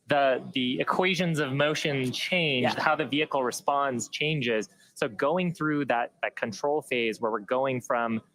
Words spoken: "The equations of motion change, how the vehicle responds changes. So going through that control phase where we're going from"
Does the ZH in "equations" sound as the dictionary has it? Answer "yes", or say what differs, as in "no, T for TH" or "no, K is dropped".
yes